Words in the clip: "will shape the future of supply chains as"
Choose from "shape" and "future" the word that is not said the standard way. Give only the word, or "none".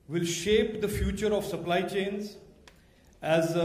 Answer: none